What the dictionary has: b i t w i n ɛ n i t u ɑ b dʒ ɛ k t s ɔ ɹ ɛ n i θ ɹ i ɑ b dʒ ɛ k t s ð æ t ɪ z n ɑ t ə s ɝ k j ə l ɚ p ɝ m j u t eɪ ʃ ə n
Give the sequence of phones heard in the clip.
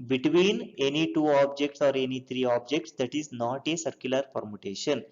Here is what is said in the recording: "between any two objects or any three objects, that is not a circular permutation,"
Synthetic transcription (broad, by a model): b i t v i n ɛ n i t u ɑ b dʒ ɛ k t s ɔ ɹ ɛ n i t ɹ i ɑ b dʒ ɛ k t s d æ t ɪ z n ɑ t ə s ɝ k j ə l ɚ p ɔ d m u t eɪ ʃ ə n